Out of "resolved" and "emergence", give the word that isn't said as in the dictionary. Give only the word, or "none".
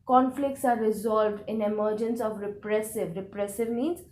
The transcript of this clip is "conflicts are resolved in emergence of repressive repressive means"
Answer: none